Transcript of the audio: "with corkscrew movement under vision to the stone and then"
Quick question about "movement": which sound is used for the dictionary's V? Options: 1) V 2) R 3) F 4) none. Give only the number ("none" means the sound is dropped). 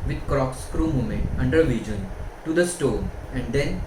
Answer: 4